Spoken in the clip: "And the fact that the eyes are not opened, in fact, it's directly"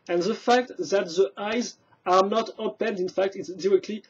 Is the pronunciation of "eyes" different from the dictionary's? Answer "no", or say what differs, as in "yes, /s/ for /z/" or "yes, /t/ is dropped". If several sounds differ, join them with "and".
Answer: no